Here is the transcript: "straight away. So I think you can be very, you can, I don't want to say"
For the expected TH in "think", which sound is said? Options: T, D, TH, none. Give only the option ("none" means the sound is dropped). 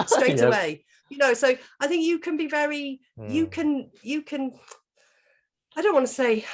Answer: TH